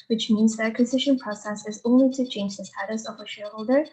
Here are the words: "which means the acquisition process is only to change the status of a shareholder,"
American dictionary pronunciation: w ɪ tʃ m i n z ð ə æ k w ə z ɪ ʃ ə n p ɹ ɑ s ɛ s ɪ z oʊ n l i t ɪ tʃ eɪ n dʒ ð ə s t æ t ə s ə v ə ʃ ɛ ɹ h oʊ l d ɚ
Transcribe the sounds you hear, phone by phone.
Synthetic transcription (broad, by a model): w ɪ tʃ m i n z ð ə æ k w ə z ɪ ʃ ə n p ɹ ɑ s ɛ s ɪ z oʊ n l i t ɪ tʃ eɪ n dʒ ð ə s t æ t ə s ə v ə ʃ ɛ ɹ h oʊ l d ɚ